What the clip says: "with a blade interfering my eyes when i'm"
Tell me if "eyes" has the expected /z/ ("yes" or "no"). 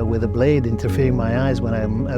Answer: yes